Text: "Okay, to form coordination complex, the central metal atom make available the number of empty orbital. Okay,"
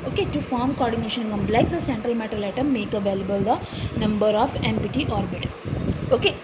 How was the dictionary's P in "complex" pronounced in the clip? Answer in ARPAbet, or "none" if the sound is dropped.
B